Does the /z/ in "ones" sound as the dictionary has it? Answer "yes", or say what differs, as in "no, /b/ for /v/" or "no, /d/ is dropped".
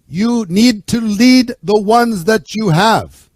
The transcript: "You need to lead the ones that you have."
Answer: yes